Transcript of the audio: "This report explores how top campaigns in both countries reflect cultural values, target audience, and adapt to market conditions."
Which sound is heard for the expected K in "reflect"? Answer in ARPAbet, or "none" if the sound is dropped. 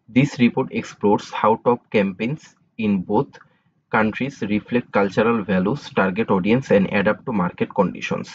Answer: K